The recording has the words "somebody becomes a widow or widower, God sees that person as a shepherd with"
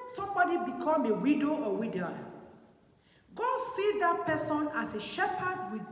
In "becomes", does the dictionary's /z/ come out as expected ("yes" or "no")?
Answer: no